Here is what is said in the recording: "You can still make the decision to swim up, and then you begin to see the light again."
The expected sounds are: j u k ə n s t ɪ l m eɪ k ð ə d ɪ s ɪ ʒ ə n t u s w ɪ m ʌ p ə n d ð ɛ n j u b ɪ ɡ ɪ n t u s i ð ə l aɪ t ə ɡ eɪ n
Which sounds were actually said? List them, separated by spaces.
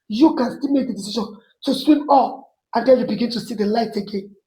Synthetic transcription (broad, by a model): j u k ə n s t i l m eɪ k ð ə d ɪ s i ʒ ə n t u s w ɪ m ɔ f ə n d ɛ l j u b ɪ ɡ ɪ n t u s i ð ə l aɪ t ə ɡ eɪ n